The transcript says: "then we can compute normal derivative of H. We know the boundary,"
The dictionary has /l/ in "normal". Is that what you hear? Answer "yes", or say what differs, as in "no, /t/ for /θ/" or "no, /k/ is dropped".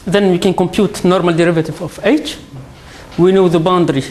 yes